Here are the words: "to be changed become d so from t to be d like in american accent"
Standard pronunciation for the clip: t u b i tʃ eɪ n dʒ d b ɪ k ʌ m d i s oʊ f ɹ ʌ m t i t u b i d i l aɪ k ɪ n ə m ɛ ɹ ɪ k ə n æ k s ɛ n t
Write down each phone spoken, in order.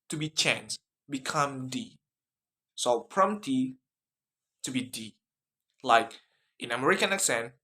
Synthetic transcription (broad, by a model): t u b i tʃ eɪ n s b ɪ k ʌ m d i s oʊ p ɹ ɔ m t i t u b i d i l aɪ k ɪ n ə m ɛ ɹ ɪ k ə n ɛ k s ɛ n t